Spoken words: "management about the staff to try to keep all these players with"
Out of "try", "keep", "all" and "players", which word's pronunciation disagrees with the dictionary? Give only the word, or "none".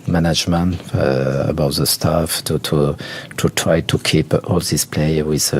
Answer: players